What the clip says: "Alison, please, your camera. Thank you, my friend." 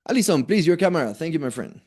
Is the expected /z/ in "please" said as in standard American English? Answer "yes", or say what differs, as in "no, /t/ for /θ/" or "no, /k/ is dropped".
yes